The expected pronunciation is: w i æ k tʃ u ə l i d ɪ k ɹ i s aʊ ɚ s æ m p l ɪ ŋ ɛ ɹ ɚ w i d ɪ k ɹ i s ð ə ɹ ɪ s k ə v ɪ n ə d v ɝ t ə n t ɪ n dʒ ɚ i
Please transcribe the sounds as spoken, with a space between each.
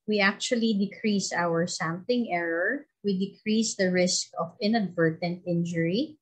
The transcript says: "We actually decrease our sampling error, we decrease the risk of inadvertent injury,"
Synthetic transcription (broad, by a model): w i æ k tʃ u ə l i d ɪ k ɹ i s aʊ ɚ s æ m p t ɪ ŋ ɛ ɹ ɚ w i d ɪ k ɹ i s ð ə ɹ ɪ s k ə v ɪ n ə d v ɝ t ə n t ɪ n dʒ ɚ i